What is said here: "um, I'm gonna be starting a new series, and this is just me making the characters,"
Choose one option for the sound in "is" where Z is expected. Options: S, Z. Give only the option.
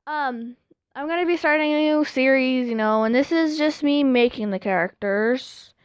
Z